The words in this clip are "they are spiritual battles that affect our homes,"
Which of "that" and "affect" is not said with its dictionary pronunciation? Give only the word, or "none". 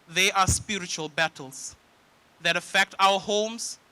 none